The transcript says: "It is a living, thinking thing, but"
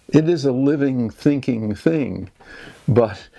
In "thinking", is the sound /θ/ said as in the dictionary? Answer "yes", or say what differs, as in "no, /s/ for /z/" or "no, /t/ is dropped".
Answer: yes